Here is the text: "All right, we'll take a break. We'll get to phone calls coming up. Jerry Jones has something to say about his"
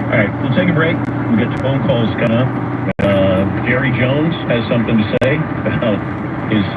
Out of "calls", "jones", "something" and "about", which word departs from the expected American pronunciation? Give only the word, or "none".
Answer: about